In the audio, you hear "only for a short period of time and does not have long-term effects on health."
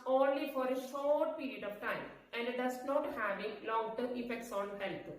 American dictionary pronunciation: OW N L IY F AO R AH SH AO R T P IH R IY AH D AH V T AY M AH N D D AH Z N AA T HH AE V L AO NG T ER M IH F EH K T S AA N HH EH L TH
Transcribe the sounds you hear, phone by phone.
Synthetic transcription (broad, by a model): OW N L IY F AO R AH SH AO R T P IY R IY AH D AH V T AY M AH N D D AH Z N AA T HH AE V L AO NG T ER IH F EH K T S AA N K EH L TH